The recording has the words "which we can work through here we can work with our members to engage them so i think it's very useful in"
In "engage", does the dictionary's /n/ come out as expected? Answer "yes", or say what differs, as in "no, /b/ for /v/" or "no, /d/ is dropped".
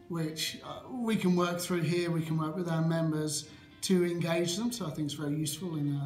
yes